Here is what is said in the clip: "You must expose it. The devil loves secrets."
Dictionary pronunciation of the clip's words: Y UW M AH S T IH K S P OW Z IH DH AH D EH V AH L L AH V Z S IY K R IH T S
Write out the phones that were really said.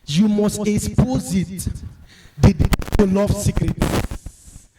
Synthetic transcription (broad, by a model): Y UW M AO S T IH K S P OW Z IH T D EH AH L L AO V S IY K R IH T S